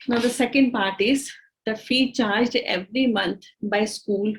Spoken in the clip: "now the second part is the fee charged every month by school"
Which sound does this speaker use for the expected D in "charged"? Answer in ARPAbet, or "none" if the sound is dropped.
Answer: D